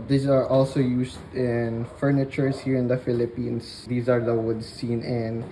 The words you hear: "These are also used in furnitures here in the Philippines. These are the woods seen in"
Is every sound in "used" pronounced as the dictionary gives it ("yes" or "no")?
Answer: no